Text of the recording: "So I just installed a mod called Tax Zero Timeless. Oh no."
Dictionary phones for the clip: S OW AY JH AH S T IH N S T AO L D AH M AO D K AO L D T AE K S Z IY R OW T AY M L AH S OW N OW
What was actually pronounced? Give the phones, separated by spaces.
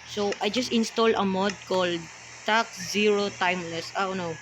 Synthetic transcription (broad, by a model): S OW AY JH AH S T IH N S T AO L AH M AO D K AO L D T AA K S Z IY R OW T AY M L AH S OW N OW